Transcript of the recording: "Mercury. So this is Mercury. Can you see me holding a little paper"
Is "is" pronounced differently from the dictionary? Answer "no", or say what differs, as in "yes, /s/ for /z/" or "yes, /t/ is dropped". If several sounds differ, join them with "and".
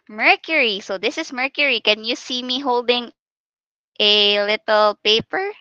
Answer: yes, /s/ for /z/